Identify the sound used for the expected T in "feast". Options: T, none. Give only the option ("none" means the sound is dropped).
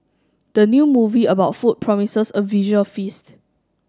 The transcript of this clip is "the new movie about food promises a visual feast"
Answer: T